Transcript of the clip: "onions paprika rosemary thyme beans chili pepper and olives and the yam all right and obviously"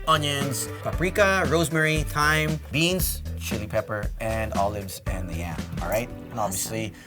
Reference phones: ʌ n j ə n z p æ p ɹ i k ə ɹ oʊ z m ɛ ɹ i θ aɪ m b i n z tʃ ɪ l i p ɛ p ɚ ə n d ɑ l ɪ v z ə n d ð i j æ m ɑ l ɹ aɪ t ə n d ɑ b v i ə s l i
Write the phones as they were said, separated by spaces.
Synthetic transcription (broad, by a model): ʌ n j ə n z p æ p ɹ i k ə ɹ oʊ z m ɛ ɹ i t aɪ m b i n z tʃ ɪ l i p ɛ p ɚ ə n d ɑ l ɪ v z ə n ð i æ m ɑ l ɹ aɪ t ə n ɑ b v i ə s l i